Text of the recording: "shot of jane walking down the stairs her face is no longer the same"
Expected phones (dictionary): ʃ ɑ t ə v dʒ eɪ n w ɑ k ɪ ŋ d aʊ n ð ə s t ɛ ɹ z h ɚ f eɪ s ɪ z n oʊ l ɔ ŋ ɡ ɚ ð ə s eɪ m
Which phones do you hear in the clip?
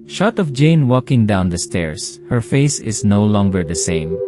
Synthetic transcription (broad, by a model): ʃ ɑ t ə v dʒ eɪ n w ɑ k ɪ ŋ d aʊ n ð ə s t ɛ ɹ s h ɚ f eɪ s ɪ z n oʊ l ɔ ŋ ɡ ɚ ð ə s eɪ m